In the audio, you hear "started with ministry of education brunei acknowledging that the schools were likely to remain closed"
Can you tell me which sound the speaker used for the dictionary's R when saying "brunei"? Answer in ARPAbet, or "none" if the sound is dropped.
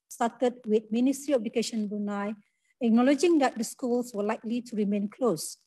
none